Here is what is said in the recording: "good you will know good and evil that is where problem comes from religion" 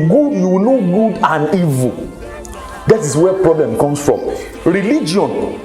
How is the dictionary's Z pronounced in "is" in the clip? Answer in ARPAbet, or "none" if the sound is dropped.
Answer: S